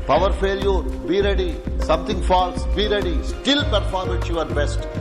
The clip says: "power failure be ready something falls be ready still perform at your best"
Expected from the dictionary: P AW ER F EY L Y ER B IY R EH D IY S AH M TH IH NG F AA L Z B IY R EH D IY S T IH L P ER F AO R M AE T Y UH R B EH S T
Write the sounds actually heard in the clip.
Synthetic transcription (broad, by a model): P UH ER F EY L Y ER B IY R EH D IY S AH M T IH NG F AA L S B IY R EH D IY S T IH L P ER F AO R M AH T Y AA R B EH S T